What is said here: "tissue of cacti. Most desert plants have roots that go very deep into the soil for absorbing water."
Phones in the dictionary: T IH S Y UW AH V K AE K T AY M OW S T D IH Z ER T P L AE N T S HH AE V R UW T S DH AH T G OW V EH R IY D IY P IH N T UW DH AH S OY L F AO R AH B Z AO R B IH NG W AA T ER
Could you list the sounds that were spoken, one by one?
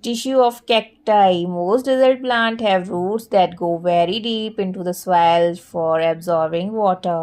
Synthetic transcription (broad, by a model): T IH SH Y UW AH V K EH K T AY M OW S T D IH Z ER T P L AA N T HH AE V R UW T S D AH T G OW V EH R IY D IY P IH N T UW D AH S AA L F AO R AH B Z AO R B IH NG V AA T ER